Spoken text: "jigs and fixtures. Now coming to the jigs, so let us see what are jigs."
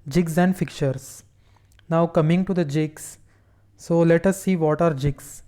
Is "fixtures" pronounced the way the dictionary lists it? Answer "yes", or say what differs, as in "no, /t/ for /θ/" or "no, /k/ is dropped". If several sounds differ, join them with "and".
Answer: no, /s/ is dropped